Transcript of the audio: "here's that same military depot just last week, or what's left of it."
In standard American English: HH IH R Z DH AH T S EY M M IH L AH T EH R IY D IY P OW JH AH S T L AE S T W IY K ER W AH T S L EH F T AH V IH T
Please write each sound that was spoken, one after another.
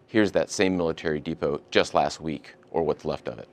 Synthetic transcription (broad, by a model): HH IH R Z DH AH T S EY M M IH L AH T EH R IY D IY P OW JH AH S T L AE S T W IY K ER W AH T S L EH F T AH V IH T